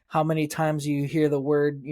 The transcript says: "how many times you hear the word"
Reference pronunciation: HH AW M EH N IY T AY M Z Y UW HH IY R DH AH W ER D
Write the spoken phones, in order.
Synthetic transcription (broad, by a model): HH AW M EH N IY T AY M Z Y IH HH IY R DH AH W ER D